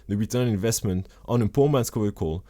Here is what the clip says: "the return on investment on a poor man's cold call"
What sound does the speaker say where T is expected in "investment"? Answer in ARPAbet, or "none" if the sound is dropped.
T